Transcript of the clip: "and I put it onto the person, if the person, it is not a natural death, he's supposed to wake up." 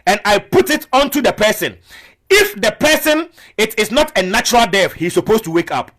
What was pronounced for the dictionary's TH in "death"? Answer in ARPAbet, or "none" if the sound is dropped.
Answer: F